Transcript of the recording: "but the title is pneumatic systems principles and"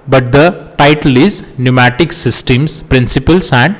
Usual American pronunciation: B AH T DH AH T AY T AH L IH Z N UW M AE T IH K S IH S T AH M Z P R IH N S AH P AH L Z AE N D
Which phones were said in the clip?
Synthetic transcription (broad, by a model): B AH T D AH T AY T AH L IH Z N UW M AE T IH K S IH S T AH M S P R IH N S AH P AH L S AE N D